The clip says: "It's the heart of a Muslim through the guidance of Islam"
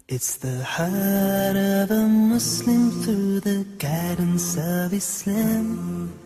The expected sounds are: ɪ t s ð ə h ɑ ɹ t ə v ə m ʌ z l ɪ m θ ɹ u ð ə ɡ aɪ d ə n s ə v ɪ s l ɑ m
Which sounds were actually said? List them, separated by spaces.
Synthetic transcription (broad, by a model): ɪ t s ð ə h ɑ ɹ t ə v ə m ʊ s l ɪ m θ ɹ u ð ə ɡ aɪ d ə n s ə v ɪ s l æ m